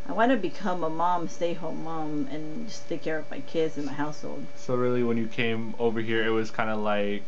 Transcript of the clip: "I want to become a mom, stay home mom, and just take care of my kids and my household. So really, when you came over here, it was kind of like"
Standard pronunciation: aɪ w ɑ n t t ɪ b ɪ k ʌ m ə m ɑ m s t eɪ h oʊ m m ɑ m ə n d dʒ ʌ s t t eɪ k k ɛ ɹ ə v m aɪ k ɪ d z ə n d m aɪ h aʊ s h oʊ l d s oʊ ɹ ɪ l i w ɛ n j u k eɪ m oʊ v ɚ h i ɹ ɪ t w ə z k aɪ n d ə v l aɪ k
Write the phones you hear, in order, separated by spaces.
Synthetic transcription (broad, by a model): aɪ w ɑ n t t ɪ b ɪ k ʌ m ə m ɑ m s t eɪ h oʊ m m ɑ m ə n dʒ ʌ s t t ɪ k k ɛ ɹ ə v m aɪ k ɪ d z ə n m aɪ h aʊ s h oʊ l d s oʊ ɹ ɪ l i w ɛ n j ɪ k eɪ m oʊ v ɚ h i ɹ ɪ t w ə z k aɪ n d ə l aɪ k